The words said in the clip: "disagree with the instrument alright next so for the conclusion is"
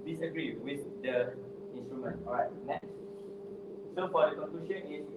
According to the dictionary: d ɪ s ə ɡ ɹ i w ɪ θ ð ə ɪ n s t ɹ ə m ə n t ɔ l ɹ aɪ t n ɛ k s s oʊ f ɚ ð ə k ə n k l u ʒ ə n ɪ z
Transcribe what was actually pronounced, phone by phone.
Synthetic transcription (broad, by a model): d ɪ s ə ɡ ɹ i w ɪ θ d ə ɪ n s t ɹ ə m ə n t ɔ ɹ aɪ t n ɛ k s s oʊ f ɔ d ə k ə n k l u ʃ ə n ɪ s